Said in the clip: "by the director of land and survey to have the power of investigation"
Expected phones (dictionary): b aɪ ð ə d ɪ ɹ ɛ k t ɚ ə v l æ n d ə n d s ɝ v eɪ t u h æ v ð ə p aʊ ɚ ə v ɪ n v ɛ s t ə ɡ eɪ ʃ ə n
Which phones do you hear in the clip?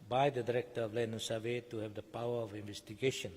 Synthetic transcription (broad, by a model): b aɪ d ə d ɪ ɹ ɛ k t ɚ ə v l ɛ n ə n s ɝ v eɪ t u h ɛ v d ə p aʊ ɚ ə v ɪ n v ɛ s t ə ɡ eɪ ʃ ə n